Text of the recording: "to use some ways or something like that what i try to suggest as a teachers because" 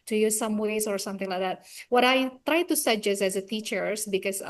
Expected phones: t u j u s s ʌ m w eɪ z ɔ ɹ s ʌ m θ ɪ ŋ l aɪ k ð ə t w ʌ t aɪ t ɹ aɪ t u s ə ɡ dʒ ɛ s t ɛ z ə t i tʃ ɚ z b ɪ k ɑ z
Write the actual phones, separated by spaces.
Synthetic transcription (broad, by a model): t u j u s s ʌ m w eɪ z ɔ ɹ s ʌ m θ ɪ ŋ l aɪ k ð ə t w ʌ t aɪ t ɹ aɪ t u s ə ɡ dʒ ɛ s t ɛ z ə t i tʃ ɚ s b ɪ k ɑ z